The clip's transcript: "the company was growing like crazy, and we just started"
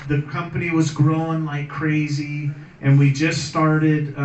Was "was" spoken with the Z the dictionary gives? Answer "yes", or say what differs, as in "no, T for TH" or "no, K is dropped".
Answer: yes